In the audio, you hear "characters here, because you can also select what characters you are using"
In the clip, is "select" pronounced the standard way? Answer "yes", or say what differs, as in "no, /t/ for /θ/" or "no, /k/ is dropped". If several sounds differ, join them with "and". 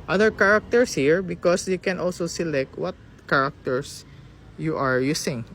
yes